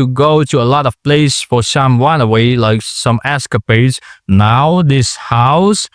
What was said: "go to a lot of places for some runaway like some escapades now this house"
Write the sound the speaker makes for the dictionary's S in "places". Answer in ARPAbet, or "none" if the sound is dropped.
none